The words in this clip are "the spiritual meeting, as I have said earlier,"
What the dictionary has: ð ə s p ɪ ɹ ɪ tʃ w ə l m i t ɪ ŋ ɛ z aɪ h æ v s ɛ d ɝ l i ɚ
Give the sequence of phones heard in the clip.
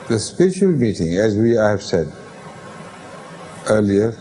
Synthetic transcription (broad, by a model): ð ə s p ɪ ɹ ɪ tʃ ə l m i t ɪ ŋ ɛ z aɪ h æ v s ɛ d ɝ l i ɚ